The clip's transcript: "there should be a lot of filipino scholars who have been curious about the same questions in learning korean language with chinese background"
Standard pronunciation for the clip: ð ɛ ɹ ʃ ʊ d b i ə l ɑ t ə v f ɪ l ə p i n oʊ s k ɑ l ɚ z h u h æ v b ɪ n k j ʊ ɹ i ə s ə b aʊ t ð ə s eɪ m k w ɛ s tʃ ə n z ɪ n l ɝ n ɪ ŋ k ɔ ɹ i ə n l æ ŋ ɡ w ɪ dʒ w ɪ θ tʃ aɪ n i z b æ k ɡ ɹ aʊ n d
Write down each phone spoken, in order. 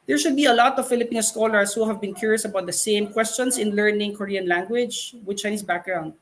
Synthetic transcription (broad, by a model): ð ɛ ɹ ʃ ʊ d b i ə l ɑ t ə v f ɪ l ə p i n oʊ s k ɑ l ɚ s h u h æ v b ɪ n k j ʊ ɹ i ə s ə b aʊ t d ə s eɪ m k w ɛ s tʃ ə n s ɪ n l ɝ n ɪ ŋ k ɔ ɹ i ə n l æ ŋ ɡ w ɪ dʒ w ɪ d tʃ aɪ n i s b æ k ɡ ɹ aʊ n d